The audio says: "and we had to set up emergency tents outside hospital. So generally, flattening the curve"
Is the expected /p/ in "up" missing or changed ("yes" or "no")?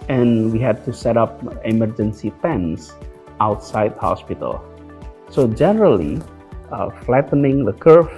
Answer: no